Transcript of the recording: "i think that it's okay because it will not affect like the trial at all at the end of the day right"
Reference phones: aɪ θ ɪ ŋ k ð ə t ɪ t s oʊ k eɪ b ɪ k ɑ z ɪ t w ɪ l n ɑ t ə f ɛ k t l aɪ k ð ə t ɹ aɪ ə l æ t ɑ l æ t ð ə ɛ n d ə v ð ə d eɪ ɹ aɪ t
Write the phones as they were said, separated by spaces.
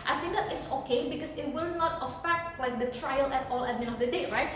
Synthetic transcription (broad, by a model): aɪ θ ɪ ŋ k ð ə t ɪ t s oʊ k eɪ b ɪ k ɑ s ɪ t w ɪ l n ɑ t ə f ɛ k t l aɪ k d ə t ɹ aɪ ə l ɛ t ɑ l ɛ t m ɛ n ə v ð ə d eɪ ɹ aɪ t